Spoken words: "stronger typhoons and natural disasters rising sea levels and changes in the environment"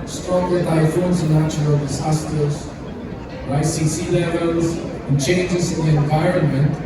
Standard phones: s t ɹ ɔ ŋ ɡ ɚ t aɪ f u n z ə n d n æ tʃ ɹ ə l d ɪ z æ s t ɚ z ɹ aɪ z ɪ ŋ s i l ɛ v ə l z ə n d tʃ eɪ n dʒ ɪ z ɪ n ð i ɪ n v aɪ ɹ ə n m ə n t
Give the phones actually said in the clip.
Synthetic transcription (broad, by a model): s t ɹ ɔ ŋ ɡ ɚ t aɪ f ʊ n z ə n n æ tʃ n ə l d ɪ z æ s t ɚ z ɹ aɪ s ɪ s i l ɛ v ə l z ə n tʃ eɪ n dʒ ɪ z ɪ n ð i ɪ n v aɪ ɹ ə n m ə n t